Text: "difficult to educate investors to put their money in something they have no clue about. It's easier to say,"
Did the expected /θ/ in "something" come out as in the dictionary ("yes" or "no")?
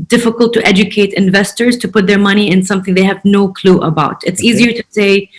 yes